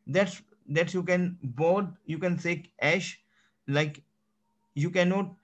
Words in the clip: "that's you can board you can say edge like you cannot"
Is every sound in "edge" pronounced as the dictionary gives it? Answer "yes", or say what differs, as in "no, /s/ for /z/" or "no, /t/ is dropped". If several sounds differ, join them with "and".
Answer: no, /ʃ/ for /dʒ/